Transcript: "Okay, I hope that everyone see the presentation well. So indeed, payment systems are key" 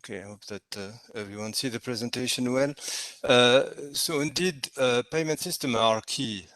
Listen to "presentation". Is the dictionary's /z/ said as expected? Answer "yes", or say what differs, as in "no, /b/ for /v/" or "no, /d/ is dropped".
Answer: yes